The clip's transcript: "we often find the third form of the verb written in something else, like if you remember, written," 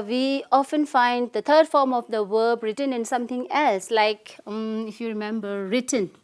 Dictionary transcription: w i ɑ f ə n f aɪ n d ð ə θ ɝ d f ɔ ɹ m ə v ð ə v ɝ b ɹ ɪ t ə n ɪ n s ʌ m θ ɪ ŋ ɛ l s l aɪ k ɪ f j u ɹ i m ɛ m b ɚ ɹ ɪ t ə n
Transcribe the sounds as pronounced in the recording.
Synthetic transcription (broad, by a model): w i ɑ f ə n f aɪ n d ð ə t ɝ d f ɔ ɹ m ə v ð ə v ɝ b ɹ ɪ t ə n ɪ n s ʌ m t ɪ ŋ ɛ l s l aɪ k ɪ f j u ɹ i m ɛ m b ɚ ɹ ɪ t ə n